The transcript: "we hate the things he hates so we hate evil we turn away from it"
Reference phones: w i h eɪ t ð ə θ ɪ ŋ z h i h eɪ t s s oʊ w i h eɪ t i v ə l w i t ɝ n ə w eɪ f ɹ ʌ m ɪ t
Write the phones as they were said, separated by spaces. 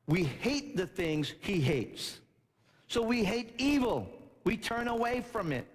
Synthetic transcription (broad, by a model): w i h eɪ t ð ə θ ɪ ŋ z h i h eɪ t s s oʊ w i h eɪ t i v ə l w i t ɝ n ə w eɪ f ɹ ʌ m ɪ t